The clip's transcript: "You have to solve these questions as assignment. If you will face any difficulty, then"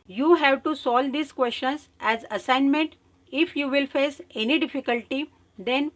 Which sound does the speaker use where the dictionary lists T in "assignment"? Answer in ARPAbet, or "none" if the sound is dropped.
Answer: T